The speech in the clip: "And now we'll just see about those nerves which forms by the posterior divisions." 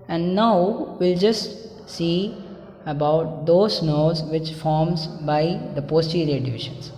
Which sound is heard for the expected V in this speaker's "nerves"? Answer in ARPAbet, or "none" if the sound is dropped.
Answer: none